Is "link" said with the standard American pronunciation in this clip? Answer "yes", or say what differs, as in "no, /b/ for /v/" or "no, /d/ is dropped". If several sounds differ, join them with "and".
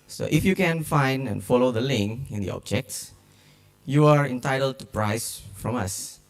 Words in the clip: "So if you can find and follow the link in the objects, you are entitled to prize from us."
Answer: yes